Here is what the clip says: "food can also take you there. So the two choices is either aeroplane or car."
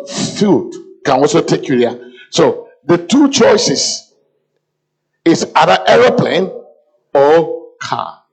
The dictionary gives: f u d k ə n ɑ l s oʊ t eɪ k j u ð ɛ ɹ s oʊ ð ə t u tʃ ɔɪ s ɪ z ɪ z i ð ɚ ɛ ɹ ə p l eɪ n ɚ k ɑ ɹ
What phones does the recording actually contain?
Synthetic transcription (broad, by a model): f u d k ə n ɑ l s oʊ t eɪ k j u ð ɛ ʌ s oʊ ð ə t u tʃ ɔɪ s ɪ s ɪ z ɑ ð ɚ ɛ ɹ ə p l eɪ n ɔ k ɑ